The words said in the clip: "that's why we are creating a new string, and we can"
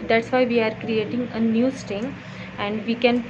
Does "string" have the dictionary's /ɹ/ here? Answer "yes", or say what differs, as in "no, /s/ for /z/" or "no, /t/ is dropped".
no, /ɹ/ is dropped